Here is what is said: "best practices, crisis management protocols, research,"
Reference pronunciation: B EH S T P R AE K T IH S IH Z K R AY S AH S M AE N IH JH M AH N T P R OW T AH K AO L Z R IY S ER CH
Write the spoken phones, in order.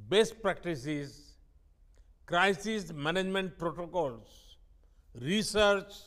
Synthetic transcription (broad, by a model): B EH S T P R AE K T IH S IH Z K R AY S AH S M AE N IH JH M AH N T P R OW T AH K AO L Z R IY S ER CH